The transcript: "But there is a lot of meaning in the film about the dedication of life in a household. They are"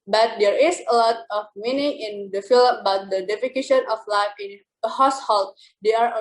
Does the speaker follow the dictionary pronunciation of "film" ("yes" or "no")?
no